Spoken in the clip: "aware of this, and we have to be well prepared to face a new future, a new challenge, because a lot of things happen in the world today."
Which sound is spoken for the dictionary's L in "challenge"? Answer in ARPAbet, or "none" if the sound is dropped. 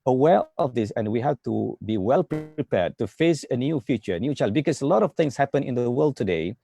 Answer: none